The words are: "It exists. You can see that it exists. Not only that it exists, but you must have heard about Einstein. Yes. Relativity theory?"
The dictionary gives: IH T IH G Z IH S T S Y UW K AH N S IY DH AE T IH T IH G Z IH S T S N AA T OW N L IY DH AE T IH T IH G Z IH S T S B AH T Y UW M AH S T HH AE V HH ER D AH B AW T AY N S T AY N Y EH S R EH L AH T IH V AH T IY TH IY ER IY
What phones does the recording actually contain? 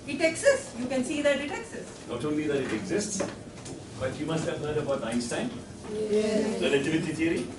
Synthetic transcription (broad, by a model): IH T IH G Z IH S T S Y UW K AH N S IY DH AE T IH T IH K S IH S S N AA T OW N L IY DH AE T IH T IH G Z IH S T S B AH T Y UW M AH S T HH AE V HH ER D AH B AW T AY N S T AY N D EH R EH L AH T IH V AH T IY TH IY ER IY